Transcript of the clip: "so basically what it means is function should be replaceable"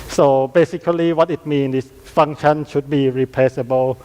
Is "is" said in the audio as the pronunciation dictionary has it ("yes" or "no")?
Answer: no